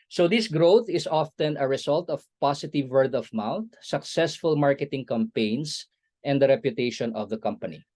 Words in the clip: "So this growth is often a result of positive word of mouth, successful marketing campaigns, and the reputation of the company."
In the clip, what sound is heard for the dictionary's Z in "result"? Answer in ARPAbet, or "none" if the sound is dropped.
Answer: S